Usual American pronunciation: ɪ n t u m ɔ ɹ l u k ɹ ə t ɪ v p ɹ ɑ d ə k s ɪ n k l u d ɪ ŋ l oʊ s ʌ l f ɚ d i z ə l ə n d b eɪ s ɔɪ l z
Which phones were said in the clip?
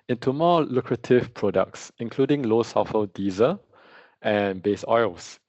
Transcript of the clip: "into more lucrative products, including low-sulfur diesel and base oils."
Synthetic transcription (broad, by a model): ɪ n t u m ɔ l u k ɹ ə t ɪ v p ɹ ɑ d ə k s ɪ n k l u d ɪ ŋ l oʊ s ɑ f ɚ d i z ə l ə n b eɪ s ɔɪ l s